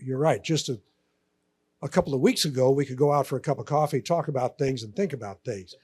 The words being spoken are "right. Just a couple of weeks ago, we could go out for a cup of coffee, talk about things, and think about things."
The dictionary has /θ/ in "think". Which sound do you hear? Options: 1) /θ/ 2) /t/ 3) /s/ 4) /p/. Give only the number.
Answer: 1